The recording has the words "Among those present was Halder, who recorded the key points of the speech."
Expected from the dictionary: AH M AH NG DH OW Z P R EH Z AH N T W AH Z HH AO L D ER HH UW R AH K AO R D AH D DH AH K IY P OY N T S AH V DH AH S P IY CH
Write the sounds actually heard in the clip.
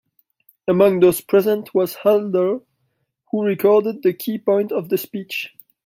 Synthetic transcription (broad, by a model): AH M AH NG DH OW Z P R EH Z AH N T W AH Z HH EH L D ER HH UW R AH K AO R D AH D DH AH K IY P OY N T AH V DH AH S P IY CH